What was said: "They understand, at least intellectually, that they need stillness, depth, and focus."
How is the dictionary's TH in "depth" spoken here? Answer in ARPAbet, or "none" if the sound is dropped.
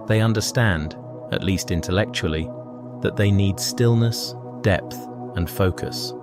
TH